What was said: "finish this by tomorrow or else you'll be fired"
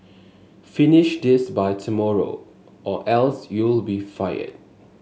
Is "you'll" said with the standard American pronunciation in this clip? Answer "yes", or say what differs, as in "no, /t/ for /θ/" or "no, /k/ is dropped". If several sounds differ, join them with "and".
yes